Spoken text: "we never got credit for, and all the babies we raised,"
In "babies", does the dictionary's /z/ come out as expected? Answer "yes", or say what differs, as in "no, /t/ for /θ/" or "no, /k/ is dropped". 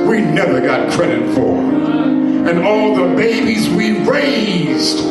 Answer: yes